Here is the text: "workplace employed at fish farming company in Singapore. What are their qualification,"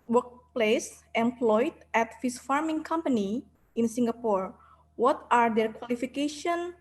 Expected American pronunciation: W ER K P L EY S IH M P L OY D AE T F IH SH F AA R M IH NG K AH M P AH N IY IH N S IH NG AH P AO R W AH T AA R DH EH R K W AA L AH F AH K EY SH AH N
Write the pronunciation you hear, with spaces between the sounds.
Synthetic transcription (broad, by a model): W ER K P L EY S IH M P L OY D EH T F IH S F AA R M IH NG K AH M P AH N IY IH N S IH NG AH P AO R W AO T AA R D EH R K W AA L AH F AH K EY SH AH N